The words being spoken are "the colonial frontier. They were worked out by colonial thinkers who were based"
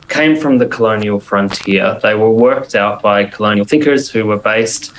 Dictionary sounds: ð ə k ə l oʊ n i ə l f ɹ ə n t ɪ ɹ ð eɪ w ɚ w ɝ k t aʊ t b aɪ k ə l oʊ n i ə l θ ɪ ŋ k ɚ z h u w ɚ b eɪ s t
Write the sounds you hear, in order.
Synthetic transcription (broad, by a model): ð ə k ə l oʊ n i ə l f ɹ ə n t ɪ ɹ ð eɪ w ɚ w ɝ k t aʊ t b aɪ k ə l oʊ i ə n θ ɪ ŋ k ɚ z h u w ɚ b eɪ s t